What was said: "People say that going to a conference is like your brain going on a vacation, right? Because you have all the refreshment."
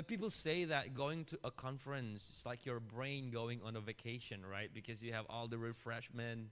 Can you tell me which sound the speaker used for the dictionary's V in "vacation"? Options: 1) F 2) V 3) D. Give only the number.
2